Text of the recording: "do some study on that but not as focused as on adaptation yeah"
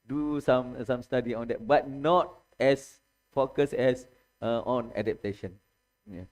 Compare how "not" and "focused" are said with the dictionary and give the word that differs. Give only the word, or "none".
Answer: focused